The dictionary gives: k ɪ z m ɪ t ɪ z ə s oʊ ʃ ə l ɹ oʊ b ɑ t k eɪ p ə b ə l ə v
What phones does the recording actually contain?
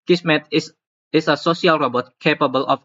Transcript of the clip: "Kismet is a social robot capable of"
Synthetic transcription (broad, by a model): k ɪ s m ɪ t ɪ s ə s oʊ s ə l ɹ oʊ b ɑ t k eɪ p ə b ə l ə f